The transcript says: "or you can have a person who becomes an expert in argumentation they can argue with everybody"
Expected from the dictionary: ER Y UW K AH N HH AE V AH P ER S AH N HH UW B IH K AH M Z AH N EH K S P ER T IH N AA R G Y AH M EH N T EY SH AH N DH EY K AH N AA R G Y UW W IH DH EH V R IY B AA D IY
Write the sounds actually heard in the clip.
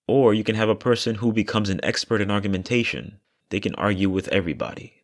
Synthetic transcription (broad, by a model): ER Y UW K AH N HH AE V AH P ER S AH N HH UW B IH K AH M Z AH N EH K S P ER T IH N AA R G Y AH M EH N T EY SH AH N DH EY K AH N AA R G Y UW W IH DH EH V R IY B AA D IY